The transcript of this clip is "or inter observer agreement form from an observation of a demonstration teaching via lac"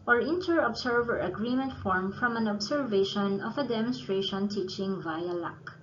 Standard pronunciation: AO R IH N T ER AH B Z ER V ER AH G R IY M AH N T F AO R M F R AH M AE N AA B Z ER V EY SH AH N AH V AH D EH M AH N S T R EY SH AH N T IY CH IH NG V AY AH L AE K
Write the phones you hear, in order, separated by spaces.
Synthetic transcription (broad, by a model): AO R IH N T ER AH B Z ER V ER AH G R IY M AH N T F AO R M F R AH M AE N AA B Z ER V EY SH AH N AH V AH D EH M AH N S T R EY SH AH N T IY CH IH NG V AY AH L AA K